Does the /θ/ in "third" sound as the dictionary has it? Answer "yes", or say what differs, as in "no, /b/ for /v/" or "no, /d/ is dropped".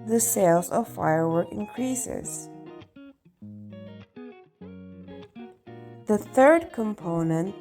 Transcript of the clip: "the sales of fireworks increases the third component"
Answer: yes